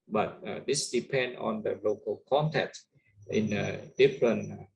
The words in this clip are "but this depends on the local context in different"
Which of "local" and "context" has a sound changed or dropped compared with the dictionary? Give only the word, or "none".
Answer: context